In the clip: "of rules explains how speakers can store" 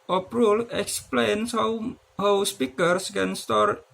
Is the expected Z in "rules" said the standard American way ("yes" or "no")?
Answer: no